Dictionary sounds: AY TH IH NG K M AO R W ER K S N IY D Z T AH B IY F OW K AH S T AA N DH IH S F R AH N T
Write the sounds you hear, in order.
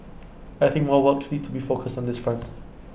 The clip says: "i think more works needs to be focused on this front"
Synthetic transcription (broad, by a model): AY TH IH NG K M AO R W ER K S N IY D T AH B IY F OW K AH S T N DH IH S F R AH N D